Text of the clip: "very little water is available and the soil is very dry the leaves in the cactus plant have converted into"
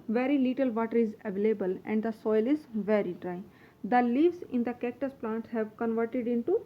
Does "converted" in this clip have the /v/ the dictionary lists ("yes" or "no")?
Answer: yes